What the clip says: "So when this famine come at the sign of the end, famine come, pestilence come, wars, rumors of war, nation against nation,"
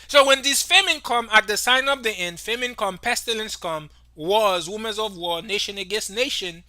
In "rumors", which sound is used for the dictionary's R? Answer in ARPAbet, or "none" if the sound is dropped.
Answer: W